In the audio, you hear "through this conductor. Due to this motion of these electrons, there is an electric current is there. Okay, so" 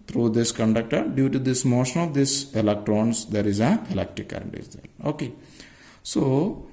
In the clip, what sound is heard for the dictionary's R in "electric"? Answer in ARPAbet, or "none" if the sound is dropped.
none